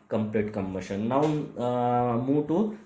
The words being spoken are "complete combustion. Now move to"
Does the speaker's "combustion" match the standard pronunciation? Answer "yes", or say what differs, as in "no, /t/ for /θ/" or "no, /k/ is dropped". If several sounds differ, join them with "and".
no, /b/ is dropped